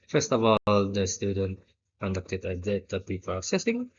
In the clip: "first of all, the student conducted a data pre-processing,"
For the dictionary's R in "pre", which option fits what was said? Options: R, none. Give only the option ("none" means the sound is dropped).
none